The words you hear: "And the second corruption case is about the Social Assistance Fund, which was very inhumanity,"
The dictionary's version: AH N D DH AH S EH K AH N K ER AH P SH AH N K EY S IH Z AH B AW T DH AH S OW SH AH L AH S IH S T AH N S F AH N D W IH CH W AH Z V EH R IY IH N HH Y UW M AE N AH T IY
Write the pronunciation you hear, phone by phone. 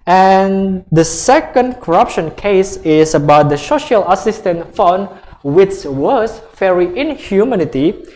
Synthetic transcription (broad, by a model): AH N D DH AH S EH K AH N K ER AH P SH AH N K EY S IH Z AH B AW T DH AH S OW SH AH L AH S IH S T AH N F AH N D W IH S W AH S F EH R IY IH N HH Y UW M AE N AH T IY